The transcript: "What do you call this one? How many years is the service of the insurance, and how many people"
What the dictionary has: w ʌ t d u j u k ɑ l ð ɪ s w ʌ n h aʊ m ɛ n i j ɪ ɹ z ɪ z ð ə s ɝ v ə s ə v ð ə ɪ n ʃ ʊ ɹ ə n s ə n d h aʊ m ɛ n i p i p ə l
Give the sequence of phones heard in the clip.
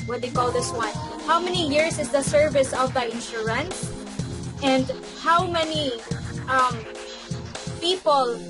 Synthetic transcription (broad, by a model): w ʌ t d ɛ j k ɑ l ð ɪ s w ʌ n h aʊ m ɛ n i j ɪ ɹ s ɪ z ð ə s ɝ v ə s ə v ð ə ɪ n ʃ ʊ ɹ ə n s ə n d h aʊ m ɛ n i p i p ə l